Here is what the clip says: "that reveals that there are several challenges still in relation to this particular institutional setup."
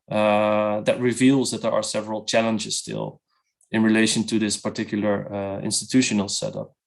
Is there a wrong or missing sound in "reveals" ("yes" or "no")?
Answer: no